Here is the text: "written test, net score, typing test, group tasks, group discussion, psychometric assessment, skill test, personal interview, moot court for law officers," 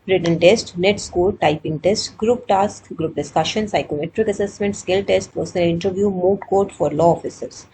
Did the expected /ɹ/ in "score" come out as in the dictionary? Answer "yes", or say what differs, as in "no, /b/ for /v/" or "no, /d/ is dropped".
no, /l/ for /ɹ/